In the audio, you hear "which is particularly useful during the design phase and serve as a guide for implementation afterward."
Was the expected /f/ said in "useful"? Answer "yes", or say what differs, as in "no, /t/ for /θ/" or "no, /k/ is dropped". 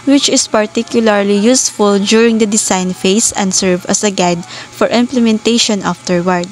yes